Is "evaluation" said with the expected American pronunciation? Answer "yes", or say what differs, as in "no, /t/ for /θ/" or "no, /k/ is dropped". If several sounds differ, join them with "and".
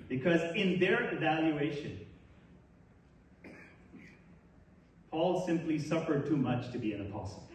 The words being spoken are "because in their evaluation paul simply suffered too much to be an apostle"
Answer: yes